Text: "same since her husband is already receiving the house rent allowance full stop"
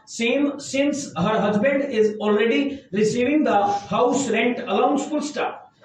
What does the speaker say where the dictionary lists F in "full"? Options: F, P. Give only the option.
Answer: P